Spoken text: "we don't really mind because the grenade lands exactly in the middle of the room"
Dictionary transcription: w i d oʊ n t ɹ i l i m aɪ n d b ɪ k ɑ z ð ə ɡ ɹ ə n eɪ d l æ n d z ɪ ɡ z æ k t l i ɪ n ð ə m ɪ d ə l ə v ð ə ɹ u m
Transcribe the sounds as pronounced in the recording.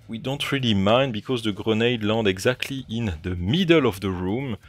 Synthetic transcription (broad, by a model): w i d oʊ n t ɹ i l i m aɪ n d b ɪ k ɑ z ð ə ɡ ɹ ə n eɪ d l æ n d ɪ ɡ z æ k t l i ɪ n ð ə m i d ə l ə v ð ə ɹ u m